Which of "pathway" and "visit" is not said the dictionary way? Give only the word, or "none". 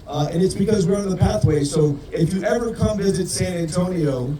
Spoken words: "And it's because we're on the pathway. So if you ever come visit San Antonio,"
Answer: none